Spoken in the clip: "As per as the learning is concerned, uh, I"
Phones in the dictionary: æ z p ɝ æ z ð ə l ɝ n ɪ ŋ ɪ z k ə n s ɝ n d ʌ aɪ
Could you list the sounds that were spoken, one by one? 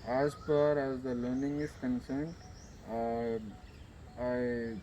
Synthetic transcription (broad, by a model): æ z f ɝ æ z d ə l ɝ n ɪ ŋ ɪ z k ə n s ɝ n d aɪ